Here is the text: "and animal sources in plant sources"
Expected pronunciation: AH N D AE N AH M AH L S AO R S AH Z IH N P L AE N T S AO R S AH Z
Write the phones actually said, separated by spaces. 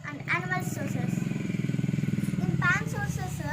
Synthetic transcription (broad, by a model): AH N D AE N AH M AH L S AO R S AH S IH N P AA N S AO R S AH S